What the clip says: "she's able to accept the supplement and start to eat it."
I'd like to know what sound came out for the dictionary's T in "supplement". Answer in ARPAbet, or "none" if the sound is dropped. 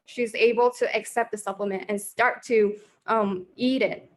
T